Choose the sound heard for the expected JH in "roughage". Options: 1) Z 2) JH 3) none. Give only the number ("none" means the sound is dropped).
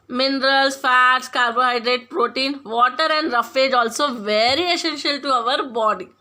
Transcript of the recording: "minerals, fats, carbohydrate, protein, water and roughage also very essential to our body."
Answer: 2